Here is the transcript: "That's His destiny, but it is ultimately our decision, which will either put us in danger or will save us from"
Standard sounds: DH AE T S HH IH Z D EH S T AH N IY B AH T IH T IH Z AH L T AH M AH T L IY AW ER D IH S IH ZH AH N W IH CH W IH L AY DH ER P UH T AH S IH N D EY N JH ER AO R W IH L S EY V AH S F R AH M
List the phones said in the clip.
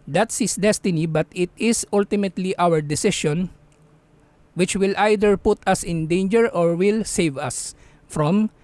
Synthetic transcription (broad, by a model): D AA T S HH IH S D EH S T AH N IY B AH T IH T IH S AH L T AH M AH T L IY AW ER D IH S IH SH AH N W IH CH W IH L AY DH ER P UH T AH S IH N D EY N JH ER AO R W IH L S EY V AH S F R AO M